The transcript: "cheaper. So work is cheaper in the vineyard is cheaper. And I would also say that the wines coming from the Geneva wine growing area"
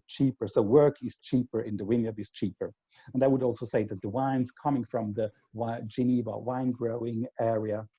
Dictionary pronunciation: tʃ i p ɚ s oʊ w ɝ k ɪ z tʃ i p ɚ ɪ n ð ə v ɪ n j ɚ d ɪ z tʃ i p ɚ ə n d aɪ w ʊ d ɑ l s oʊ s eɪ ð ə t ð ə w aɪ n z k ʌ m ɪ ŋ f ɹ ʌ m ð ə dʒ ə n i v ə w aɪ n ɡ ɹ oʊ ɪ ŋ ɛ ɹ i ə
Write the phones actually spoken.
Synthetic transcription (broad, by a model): tʃ i p ɚ s oʊ w ɝ k ɪ z tʃ i p ɚ ɪ n ð ə w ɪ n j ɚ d ɪ z tʃ i p ɚ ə n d aɪ w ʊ d ɑ l s oʊ s eɪ ð ə t ð ə w aɪ n z k ʌ m ɪ ŋ f ɹ ʌ m ð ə dʒ ə n i v ə w aɪ n ɡ ɹ oʊ ɪ ŋ ɛ ɹ i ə